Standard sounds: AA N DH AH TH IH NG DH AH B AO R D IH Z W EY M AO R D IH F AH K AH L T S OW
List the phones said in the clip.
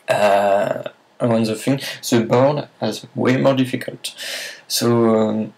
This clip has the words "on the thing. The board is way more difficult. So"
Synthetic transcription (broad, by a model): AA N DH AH F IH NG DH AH B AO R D IH Z W EY M AO R D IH F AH K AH L T S OW